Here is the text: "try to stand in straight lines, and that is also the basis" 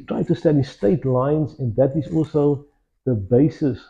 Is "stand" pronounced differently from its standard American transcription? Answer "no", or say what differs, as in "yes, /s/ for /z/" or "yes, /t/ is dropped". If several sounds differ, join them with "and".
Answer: yes, /n/ is dropped